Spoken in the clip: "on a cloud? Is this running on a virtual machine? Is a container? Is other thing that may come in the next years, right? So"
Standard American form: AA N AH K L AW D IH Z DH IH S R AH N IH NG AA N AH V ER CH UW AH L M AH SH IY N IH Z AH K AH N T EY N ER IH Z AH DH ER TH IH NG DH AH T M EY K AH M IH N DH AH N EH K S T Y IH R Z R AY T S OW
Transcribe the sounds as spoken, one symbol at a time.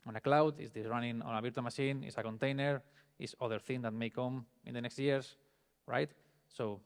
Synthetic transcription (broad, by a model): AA N AH K L AW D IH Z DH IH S R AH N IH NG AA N AH B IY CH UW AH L M AH SH IY N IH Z AH K AH N T EY N ER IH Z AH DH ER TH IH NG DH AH T M EY K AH M IH N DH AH N EH K S T Y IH R S R AY T S OW